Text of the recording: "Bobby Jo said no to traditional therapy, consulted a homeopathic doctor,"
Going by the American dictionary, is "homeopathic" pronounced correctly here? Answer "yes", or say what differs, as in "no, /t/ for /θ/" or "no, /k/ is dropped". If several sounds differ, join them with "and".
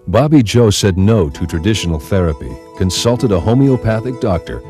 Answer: yes